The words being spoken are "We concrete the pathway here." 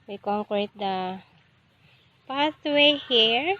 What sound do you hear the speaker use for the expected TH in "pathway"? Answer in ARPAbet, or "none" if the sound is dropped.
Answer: T